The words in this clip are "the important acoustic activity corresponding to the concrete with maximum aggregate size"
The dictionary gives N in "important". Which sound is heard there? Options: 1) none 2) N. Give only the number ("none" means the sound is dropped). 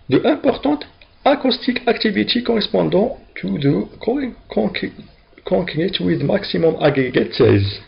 1